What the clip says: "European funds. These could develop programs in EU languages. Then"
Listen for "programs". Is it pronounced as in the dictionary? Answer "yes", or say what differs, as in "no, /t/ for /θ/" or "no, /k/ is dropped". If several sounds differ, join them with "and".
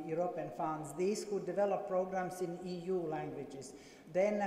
no, /s/ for /z/